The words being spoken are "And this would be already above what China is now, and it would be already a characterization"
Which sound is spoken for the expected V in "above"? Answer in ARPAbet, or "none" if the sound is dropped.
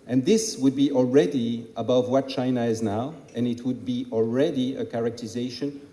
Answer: V